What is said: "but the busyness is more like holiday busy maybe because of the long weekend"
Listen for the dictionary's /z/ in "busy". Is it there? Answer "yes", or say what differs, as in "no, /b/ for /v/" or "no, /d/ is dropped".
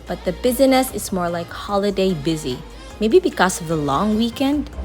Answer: yes